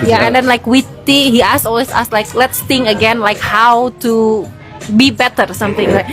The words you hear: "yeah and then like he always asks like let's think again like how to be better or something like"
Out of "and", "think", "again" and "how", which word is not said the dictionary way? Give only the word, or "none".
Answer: think